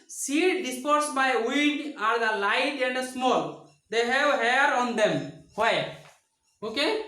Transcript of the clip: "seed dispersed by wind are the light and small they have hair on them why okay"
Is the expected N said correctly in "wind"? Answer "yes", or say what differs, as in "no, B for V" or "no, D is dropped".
no, N is dropped